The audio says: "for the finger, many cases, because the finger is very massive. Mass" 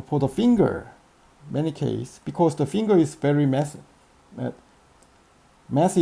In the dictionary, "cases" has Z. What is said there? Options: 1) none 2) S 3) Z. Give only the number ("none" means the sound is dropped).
2